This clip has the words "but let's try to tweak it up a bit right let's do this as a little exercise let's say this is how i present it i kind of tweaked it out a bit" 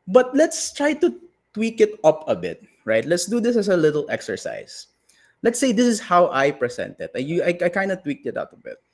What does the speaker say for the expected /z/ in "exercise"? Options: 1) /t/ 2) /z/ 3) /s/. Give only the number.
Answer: 3